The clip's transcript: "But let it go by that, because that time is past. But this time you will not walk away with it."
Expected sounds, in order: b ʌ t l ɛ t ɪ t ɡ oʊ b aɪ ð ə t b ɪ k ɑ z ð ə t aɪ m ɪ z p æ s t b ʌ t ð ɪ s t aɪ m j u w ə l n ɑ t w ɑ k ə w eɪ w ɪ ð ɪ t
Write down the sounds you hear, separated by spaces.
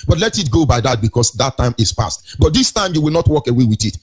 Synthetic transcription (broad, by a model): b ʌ t l ɛ t ɪ t ɡ oʊ b aɪ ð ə t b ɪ k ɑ s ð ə t aɪ m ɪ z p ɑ s t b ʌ t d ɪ s t aɪ m j u w ə l n ɑ t w ɑ k ə w eɪ w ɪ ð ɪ t